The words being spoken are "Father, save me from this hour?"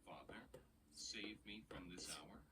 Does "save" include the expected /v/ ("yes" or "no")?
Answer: yes